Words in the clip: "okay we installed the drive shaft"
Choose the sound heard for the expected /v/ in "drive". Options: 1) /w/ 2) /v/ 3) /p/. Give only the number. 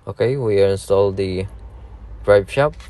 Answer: 3